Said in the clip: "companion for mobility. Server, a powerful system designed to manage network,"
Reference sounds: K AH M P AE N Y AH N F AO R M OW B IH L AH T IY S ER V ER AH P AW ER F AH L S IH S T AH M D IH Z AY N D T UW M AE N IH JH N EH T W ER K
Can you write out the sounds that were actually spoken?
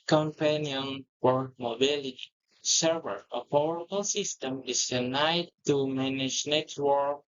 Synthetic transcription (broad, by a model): K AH M P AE N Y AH N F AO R M OW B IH L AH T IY S ER V ER AH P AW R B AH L S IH S T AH M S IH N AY D T UW M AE N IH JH N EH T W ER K